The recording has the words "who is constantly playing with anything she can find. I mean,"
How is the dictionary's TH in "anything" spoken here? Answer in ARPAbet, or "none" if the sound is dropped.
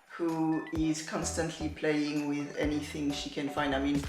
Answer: TH